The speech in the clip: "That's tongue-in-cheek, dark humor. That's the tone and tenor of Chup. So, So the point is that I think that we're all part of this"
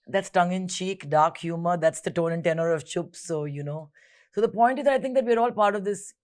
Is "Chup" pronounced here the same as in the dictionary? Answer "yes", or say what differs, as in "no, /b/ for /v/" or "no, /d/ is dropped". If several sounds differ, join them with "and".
yes